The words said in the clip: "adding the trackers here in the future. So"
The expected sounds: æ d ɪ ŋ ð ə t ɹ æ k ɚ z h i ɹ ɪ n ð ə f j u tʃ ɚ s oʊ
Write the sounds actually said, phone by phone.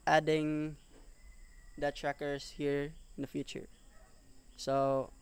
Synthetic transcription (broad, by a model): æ d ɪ ŋ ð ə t ɹ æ k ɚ s h i ɹ ɪ n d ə f j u tʃ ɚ s oʊ